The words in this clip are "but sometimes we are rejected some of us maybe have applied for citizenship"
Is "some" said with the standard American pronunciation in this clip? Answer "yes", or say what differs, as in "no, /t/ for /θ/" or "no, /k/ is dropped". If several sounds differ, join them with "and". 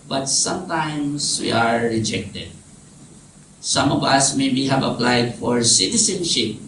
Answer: yes